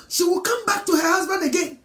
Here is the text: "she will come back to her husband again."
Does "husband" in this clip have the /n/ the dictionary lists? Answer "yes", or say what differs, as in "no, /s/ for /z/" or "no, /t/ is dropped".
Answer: yes